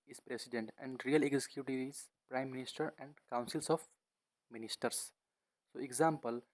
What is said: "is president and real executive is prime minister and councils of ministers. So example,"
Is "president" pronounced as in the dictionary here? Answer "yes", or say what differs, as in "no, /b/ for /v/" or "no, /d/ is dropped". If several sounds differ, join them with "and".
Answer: no, /s/ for /z/